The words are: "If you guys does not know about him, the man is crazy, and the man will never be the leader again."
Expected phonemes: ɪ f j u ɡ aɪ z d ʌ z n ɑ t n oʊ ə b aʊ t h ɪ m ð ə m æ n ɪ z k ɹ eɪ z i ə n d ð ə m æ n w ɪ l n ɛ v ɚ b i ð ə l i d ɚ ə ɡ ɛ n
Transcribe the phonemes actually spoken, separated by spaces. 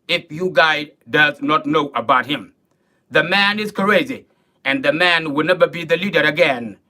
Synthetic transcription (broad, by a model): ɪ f j u ɡ aɪ d ʌ z n ɑ t n oʊ ə b aʊ t h ɪ m ð ə m æ n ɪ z k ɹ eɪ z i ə n ð ə m æ n w ɪ l n ɛ v ɚ b i ð ə l i d ɚ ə ɡ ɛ n